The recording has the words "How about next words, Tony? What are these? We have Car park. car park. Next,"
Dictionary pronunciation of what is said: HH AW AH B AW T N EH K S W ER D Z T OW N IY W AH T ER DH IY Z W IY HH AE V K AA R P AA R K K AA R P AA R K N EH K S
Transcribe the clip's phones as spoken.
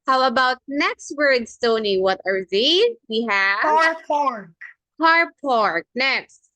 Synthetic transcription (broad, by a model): HH AW AH B AW T N EH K S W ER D S T OW N IY W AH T ER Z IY W IY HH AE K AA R P AA R K K AA R P AA R K N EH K S